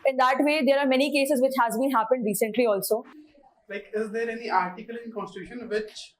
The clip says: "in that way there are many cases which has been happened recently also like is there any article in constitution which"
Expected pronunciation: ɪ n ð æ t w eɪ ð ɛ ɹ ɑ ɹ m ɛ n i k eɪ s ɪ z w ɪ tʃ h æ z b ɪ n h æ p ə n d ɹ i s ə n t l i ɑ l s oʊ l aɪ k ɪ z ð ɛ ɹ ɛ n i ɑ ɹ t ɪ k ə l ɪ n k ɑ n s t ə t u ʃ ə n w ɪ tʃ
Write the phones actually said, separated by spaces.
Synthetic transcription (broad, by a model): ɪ n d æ t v eɪ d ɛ ɹ ɑ ɹ m ɛ n i k eɪ s ɪ z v ɪ tʃ h æ z b ɪ n h æ p ə n d ɹ i s ə n t l i ɑ l s oʊ l aɪ k ɪ z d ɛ ɹ ɛ n i ɑ ɹ t ɪ k ə l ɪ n k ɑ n s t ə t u ʃ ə n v ɪ tʃ